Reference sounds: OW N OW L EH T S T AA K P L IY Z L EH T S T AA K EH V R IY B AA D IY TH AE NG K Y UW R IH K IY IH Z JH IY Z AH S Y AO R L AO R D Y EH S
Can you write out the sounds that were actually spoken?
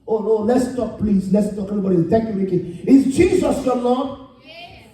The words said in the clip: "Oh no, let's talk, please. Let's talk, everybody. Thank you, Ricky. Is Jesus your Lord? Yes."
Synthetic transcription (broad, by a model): OW N OW L EH T S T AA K P L IY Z L EH T S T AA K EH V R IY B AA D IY T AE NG K Y UW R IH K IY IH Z CH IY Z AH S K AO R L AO